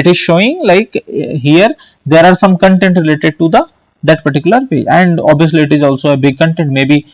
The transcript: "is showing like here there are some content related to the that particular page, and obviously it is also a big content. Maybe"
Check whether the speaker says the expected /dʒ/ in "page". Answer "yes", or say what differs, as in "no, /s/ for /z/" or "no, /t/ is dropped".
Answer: no, /dʒ/ is dropped